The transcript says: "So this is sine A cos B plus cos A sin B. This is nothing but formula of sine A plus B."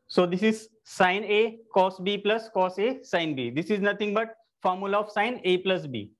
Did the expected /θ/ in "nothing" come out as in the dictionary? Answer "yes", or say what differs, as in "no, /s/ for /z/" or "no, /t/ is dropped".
no, /t/ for /θ/